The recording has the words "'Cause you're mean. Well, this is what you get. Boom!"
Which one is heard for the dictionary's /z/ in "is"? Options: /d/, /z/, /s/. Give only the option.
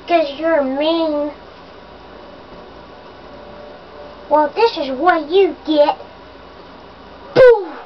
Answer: /z/